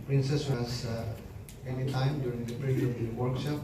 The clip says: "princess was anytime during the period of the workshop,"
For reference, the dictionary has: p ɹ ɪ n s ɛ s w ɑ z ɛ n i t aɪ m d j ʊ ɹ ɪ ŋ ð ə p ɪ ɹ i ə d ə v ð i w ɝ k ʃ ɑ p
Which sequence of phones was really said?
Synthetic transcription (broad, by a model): p ɹ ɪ n s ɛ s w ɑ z ɛ n i t aɪ m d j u ɹ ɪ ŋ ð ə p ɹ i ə ə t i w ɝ k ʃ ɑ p